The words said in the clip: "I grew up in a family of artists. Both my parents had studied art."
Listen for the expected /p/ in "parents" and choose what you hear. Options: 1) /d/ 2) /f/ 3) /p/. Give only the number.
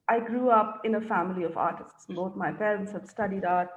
2